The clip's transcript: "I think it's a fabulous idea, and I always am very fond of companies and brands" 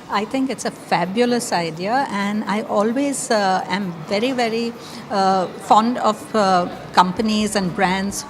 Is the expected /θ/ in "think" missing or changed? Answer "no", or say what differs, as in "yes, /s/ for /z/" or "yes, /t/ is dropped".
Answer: yes, /t/ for /θ/